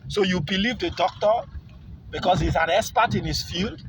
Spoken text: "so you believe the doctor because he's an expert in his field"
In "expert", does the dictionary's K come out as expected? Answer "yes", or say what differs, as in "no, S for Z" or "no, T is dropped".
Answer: no, K is dropped